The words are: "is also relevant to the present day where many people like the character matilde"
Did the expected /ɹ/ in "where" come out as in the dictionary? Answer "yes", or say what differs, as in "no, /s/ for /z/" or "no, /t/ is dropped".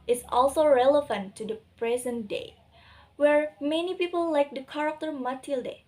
yes